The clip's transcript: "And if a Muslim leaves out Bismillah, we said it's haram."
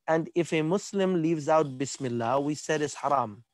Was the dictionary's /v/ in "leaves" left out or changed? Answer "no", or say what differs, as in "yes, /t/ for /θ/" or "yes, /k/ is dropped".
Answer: no